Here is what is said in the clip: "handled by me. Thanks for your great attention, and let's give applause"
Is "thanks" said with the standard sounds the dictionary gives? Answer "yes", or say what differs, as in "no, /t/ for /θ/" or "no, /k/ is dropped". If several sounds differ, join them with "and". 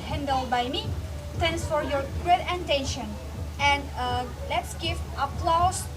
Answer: no, /t/ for /θ/